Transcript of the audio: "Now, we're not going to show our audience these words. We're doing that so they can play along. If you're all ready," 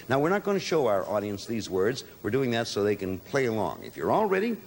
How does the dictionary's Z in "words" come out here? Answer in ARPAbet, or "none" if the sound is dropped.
Z